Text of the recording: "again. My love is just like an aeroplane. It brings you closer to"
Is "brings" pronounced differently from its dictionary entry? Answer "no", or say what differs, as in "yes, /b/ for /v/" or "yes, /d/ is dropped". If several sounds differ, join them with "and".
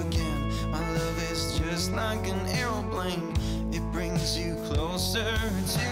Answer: no